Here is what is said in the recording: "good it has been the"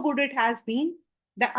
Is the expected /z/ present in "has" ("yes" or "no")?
yes